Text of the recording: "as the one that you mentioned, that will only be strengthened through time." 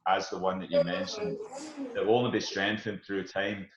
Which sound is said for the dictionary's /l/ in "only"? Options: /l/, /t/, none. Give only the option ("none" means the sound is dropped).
none